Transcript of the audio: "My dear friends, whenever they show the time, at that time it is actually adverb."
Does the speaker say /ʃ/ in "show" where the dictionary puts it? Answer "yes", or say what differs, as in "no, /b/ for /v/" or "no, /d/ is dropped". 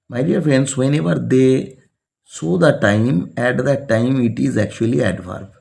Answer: no, /s/ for /ʃ/